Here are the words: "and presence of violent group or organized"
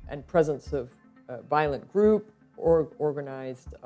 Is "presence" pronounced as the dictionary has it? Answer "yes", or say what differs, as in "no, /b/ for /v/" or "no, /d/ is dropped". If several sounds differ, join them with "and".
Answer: yes